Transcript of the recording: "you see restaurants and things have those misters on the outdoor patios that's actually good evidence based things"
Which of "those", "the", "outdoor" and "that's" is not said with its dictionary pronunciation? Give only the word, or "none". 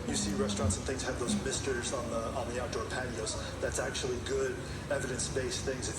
none